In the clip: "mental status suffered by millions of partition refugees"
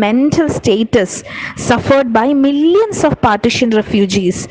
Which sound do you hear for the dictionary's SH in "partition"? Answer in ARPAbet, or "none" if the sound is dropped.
SH